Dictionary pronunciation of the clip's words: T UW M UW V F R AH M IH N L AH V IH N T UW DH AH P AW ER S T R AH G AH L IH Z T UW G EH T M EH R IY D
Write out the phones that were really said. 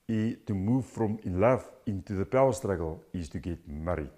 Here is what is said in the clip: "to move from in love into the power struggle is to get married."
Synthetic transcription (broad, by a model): T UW M UW V F R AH M IH N L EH F IH N T UW DH AH P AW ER S T R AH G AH L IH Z T UW G EH T M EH R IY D